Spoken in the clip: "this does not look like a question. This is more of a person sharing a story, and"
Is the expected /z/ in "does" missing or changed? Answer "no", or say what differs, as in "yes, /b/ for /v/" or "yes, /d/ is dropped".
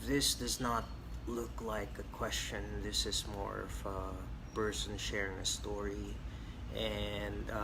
no